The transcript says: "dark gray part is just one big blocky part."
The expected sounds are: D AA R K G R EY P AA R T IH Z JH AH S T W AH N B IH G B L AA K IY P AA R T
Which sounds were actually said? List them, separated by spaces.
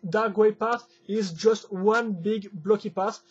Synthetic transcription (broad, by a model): D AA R G W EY P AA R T IH Z JH AH S T W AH N B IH G B L AA K IY P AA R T